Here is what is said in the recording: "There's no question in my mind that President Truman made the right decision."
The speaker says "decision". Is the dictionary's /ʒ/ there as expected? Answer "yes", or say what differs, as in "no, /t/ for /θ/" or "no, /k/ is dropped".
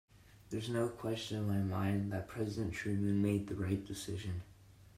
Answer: yes